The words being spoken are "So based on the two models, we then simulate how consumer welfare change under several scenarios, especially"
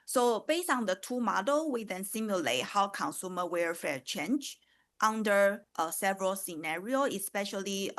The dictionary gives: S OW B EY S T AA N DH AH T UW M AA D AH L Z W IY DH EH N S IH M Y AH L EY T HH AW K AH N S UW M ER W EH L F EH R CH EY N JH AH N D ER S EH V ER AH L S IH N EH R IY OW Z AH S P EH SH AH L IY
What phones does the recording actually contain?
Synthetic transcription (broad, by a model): S OW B EY S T AA N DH AH T UW M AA D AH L W IY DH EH N S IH M Y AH L EY T HH AW K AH N S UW M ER W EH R F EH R CH EY N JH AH N D ER S EH V ER AH L S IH N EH R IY OW AH S P EH SH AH L IY